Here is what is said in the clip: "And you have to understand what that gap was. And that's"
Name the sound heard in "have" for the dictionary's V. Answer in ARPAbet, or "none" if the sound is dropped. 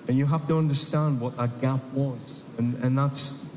F